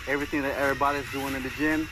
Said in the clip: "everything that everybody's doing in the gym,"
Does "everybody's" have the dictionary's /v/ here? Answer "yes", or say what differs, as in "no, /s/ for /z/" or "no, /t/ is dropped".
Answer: no, /v/ is dropped